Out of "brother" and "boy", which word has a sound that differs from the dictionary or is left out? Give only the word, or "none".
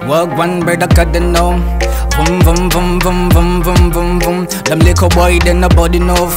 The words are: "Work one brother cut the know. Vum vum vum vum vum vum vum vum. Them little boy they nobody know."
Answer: brother